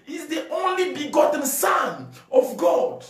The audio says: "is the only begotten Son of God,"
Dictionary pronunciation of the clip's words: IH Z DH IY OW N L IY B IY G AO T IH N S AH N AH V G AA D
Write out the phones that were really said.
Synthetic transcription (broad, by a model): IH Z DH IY OW N L IY B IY G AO T N S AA N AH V G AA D